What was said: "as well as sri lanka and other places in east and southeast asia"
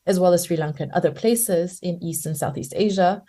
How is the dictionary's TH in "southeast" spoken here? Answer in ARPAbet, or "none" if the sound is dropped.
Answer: TH